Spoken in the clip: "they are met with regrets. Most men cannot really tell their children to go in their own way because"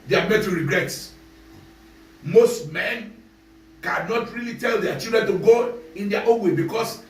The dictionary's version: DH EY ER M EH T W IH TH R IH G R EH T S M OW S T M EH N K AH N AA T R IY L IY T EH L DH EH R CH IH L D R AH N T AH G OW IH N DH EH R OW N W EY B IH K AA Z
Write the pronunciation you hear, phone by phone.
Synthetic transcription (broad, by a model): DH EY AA M EH T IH R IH G R EH T M OW S T M EH N K AH N AA T R IY L IY T EH L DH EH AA CH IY L D R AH N T AH G OW IH N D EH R OW N W EY B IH K AA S